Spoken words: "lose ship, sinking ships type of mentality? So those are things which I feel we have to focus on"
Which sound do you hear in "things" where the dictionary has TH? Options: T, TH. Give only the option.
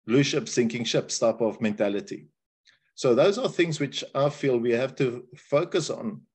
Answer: TH